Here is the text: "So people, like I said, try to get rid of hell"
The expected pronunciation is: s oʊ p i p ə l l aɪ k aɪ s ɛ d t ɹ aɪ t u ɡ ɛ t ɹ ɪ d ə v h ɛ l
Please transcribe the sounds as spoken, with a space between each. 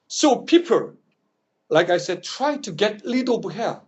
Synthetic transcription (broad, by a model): s oʊ p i p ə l l aɪ k aɪ s ɛ d t ɹ aɪ t u ɡ ɛ t l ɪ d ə b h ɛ